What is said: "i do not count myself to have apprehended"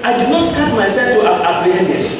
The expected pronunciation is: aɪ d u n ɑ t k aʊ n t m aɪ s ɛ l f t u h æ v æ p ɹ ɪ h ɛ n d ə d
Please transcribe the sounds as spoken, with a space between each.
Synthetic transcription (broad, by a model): aɪ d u n ɑ t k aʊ t m aɪ s ɛ l f t u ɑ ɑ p ɹ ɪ h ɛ n d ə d